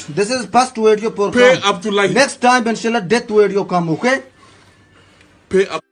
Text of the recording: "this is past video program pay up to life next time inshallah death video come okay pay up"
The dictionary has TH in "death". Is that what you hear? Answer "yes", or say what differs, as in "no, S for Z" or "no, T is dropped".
no, T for TH